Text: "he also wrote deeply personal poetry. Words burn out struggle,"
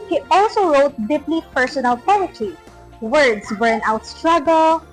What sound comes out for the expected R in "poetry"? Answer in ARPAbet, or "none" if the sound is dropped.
none